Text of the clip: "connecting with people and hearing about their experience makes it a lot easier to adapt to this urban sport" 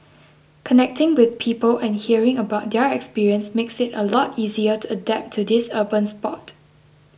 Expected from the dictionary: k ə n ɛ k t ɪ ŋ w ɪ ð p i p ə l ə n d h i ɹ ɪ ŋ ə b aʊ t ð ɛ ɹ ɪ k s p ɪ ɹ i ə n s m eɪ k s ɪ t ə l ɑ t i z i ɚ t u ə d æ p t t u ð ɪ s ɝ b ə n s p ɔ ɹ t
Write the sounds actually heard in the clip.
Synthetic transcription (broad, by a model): k ə n ɛ k t ɪ ŋ w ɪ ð p i p ə l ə n h i ɹ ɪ ŋ ə b aʊ t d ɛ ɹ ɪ k s p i ɹ i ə n s m eɪ k s ɪ t ə l ɑ t i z i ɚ t u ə d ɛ p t t u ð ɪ s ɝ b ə n s p ɔ t